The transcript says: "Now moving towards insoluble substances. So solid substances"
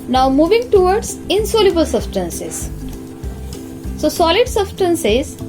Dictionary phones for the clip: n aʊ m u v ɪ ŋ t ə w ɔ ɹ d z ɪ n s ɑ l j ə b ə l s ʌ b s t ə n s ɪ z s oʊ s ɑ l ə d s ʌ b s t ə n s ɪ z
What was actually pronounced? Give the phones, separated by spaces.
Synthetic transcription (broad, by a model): n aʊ m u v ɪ ŋ t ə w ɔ ɹ d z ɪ n s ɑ l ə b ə l s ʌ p s t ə n s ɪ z s oʊ s ɑ l ə d s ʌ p s t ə n s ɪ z